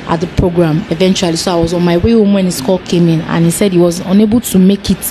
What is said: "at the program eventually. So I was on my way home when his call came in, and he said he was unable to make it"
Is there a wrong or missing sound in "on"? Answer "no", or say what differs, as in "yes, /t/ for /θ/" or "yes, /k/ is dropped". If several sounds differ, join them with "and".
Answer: no